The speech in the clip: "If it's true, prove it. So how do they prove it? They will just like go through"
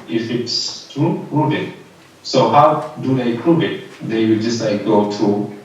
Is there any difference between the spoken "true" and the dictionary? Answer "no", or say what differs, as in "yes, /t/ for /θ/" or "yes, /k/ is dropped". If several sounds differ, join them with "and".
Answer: yes, /ɹ/ is dropped